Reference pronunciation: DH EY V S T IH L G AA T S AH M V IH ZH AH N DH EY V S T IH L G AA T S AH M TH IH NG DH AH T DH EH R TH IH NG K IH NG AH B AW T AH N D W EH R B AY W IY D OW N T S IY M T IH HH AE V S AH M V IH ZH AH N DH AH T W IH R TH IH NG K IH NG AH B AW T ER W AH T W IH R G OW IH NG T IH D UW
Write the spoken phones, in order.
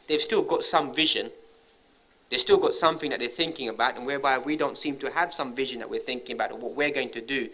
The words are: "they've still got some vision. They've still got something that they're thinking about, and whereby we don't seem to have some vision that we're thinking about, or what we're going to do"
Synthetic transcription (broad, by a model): DH EY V S T IH L G AA T S AH M V IH ZH AH N DH EY V S T IH L G AA T S AH M TH IH NG DH AH T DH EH R TH IH NG K IH NG AH B AW T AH N W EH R B AY W IY D OW N T S IY M T IH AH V S AH M V IH ZH AH N DH AH T W IH R TH IH NG K IH NG AH B AW T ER W AH T W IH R G OW IH NG T IH D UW